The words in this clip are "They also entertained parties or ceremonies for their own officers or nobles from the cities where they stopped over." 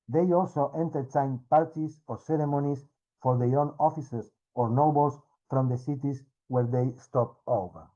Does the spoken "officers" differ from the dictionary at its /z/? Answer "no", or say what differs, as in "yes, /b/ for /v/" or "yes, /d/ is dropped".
yes, /s/ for /z/